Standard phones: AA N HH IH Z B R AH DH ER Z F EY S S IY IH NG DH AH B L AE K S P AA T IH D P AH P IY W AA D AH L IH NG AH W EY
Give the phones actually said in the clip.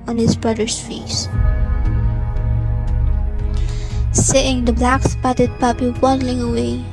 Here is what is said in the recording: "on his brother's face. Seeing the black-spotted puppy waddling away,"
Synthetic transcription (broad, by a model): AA N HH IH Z B R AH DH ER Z F EY S S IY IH NG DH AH B L AE K S P AA T IH D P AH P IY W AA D L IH NG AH W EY